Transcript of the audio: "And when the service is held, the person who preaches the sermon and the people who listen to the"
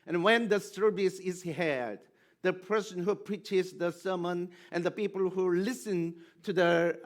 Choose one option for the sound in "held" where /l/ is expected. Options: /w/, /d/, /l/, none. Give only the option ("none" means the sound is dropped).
none